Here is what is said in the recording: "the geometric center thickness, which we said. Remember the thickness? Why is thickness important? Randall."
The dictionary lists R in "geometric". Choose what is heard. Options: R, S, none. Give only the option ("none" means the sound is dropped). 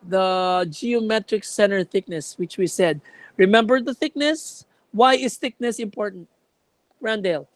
R